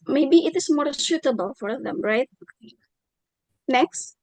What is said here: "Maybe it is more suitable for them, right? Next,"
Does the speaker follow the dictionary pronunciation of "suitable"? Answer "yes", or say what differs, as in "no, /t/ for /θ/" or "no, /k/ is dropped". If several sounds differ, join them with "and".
no, /ʃ/ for /s/